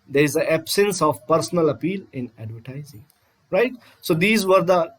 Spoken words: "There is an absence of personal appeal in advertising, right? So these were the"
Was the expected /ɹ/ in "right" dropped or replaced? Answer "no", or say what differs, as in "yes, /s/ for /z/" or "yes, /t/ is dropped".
no